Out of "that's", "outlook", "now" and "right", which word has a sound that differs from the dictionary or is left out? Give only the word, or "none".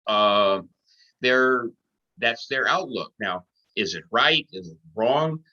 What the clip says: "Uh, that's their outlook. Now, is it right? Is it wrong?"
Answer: none